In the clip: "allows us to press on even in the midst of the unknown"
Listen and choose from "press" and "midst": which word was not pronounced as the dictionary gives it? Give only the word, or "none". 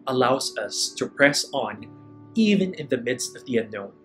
none